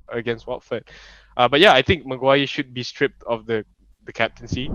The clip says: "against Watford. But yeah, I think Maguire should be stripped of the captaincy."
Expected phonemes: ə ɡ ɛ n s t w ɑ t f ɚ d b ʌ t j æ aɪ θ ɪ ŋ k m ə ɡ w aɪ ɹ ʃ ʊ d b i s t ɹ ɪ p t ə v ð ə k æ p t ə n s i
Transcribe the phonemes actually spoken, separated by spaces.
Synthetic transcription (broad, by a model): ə ɡ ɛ n s t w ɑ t f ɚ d b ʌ t j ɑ aɪ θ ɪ ŋ k m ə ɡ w aɪ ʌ ʃ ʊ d b i s t ɹ ɪ p t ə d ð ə k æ p t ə n s i